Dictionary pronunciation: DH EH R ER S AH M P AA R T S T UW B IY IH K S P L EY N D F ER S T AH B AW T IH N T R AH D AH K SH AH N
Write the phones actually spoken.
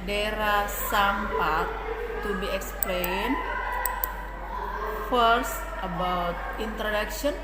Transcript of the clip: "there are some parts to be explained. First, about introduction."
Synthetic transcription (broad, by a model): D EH R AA S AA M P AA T T UW B IY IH K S P L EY N F ER S T AH B AW T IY N T R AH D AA K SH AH N